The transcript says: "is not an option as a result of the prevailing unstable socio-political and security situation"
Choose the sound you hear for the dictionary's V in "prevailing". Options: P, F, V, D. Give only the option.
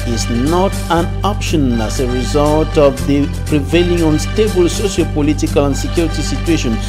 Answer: V